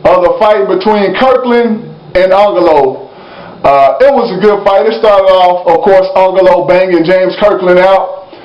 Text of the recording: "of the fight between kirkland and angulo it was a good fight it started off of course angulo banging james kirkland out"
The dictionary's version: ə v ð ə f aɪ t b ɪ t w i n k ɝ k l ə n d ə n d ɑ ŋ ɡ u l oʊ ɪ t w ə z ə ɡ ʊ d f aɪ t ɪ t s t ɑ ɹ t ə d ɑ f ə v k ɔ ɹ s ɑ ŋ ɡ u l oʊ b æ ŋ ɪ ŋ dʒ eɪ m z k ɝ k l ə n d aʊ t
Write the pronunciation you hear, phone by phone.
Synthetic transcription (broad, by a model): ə ð ə f aɪ t b ɪ t w i n k ɝ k l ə n ə n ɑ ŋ ɡ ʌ l oʊ ɪ t w ə z ə ɡ ʊ d f aɪ t ɪ t s t ɑ ɹ t ə d ɑ f ə v k ɔ ɹ s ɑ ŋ ɡ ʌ l oʊ b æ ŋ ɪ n dʒ eɪ m z k ɝ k l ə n aʊ t